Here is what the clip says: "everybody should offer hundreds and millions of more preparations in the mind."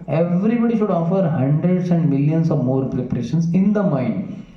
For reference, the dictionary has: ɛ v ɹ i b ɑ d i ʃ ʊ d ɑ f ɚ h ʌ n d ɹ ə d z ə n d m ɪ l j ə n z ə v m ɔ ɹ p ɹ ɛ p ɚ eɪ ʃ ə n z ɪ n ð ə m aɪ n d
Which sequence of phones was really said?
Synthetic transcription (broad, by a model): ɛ v ɹ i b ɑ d i ʃ ʊ d ɑ f ɚ h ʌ n d ɹ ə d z ə n d m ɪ l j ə n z ə v m ɔ ɹ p ɹ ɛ p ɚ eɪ ʃ ə n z ɪ n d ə m aɪ n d